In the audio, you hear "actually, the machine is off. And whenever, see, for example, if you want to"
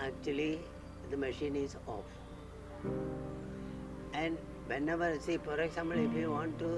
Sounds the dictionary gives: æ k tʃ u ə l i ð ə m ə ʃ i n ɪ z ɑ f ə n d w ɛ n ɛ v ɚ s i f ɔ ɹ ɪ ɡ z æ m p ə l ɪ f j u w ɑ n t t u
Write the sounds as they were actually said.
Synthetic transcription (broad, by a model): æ k tʃ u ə l i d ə m ə ʃ i n ɪ z ɑ f ə n d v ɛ n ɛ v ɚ s i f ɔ ɹ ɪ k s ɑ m ə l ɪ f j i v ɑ n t t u